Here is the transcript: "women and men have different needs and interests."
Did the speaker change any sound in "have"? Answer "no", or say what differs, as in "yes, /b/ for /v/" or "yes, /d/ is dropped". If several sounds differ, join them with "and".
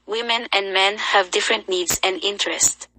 no